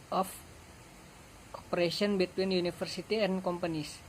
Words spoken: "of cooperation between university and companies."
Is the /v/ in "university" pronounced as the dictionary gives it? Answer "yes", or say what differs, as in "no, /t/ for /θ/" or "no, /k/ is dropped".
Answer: no, /f/ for /v/